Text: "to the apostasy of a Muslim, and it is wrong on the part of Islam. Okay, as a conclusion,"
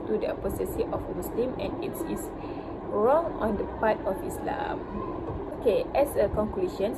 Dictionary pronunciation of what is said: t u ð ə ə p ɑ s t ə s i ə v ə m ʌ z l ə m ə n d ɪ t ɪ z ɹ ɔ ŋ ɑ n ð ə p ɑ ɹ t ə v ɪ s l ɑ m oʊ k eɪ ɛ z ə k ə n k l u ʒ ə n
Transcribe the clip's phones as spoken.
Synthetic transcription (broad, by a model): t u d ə ə p ɑ s t ə s i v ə m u s l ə m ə n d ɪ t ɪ s ɹ ɔ ŋ ɑ n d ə p ɑ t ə f ɪ s l ɑ m oʊ k eɪ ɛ s ə k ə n k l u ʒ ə n